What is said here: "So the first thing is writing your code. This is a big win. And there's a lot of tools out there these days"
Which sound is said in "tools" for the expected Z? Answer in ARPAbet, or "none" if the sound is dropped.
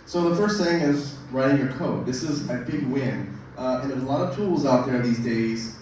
Z